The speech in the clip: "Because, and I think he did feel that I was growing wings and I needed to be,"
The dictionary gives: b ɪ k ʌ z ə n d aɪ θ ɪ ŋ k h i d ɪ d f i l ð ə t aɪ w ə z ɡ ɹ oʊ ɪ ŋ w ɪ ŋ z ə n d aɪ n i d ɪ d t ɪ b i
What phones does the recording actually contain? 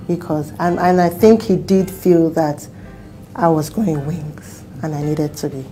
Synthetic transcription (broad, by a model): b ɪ k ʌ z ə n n aɪ θ ɪ ŋ k h i d ɪ d f i l ð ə t aɪ w ə z ɡ oʊ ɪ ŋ w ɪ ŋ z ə n aɪ n i d ɪ d t ɪ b i